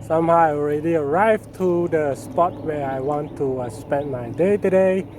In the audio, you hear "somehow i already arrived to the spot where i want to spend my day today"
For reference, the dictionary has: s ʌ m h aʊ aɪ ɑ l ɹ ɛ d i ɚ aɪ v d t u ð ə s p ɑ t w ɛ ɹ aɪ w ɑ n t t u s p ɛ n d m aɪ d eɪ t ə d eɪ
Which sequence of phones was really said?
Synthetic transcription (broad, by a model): s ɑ m h aʊ ɑ l ɹ ɛ d i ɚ aɪ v t u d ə s p ɑ t w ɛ aɪ w ɑ n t t u s p ɛ n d m aɪ d eɪ t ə d eɪ